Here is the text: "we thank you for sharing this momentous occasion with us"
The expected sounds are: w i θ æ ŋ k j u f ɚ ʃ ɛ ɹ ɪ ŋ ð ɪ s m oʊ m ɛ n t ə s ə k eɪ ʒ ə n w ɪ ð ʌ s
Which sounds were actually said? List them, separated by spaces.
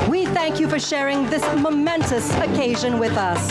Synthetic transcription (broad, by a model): w i θ æ ŋ k j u f ɚ ʃ ɛ ɹ ɪ ŋ ð ɪ s m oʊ m ɛ n t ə s ə k eɪ ʒ ə n w ɪ ð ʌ s